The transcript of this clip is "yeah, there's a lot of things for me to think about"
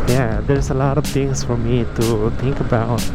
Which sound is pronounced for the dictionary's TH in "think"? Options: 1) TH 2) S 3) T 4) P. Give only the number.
3